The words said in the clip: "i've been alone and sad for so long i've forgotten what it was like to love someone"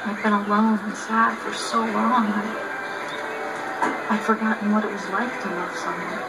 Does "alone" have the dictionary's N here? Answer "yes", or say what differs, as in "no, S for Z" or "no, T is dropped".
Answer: no, N is dropped